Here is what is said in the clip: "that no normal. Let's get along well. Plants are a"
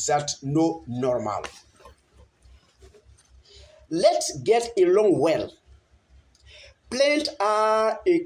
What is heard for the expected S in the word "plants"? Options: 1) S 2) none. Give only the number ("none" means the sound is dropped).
2